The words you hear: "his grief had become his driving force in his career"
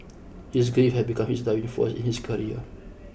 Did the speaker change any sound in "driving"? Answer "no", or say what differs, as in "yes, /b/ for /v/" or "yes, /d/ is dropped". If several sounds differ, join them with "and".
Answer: yes, /ɹ/ is dropped